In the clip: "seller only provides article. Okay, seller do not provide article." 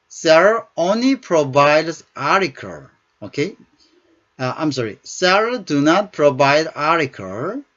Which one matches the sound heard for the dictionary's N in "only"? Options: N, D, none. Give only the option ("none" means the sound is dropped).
N